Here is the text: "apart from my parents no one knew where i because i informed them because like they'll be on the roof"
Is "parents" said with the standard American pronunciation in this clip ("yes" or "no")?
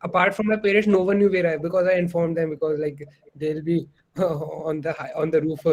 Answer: no